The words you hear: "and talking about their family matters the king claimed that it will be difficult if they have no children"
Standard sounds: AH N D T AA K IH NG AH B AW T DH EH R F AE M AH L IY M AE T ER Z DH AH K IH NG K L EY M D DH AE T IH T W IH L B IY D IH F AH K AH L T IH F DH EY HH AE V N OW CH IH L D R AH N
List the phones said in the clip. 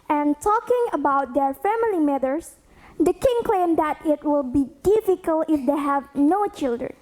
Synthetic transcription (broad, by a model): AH N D T AA K IH NG AH B AW T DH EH R F AE M AH L IY M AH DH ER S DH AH K IH NG K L EY M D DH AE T IH T W IH L B IY D IH F AH K AH L T IH F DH EY HH AE V N OW CH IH L D R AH N